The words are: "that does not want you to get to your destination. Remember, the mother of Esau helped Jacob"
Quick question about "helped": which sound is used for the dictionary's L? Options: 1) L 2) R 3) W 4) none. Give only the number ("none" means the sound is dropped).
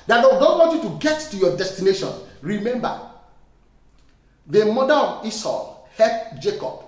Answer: 4